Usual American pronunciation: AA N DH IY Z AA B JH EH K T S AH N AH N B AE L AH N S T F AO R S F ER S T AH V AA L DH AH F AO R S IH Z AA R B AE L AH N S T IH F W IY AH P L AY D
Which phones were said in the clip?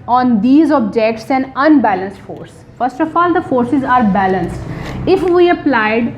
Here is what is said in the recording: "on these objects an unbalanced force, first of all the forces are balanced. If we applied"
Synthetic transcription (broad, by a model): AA N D IY Z AA B JH EH K T S AH N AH N B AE L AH N S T F AO R S F ER S T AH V AA L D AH F AO R S IH Z AA R B AE L AH N S T IH F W IY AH P L AY D